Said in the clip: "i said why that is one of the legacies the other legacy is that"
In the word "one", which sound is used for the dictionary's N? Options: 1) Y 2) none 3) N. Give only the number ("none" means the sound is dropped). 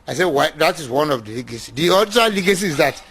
3